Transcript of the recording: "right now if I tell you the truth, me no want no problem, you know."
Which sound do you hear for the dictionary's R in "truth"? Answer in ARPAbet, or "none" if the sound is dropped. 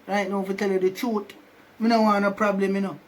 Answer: none